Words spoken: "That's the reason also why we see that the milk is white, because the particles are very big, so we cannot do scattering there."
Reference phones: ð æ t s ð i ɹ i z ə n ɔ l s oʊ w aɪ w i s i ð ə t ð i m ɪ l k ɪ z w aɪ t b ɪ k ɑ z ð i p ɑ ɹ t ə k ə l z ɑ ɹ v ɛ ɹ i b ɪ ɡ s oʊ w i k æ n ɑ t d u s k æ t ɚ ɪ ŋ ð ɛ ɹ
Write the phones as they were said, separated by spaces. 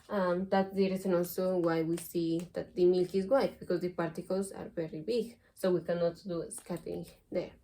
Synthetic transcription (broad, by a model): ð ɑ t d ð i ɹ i s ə n ɔ l s oʊ w aɪ w i s i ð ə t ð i m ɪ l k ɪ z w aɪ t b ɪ k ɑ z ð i p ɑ ɹ t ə k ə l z ɑ ɹ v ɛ ɹ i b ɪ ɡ s oʊ w i k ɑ n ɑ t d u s k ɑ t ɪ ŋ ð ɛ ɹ